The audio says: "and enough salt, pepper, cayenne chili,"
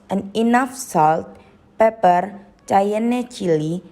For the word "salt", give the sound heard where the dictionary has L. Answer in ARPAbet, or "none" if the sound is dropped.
L